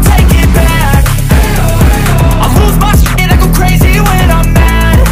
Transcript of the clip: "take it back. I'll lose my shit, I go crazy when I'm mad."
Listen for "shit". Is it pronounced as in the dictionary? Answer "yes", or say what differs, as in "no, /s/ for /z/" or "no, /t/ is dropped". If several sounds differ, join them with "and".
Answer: no, /s/ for /ʃ/